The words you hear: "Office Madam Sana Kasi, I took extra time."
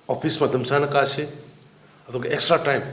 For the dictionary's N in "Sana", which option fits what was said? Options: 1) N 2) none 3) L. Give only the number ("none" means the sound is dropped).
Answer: 1